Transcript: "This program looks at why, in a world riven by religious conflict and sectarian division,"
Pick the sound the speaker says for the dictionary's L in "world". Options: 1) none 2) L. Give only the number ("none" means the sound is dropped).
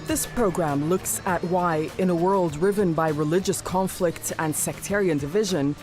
2